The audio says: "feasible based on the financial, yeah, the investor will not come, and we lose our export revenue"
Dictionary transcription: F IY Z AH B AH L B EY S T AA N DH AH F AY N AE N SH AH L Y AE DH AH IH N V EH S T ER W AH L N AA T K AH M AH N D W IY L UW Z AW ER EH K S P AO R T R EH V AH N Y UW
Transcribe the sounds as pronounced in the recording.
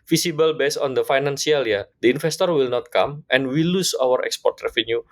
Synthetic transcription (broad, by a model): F IY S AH B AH L B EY S AA N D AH F AY N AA N S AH L Y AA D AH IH N F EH S T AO W AH L N AA T K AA M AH N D W IY L UW S AW ER EH K S P AO R T R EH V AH N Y UW